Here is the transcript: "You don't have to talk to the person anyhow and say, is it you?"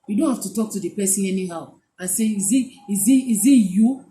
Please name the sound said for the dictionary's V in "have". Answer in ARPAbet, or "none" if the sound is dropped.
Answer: F